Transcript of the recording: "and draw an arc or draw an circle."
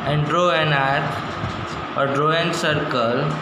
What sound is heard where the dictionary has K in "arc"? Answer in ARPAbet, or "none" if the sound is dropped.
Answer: none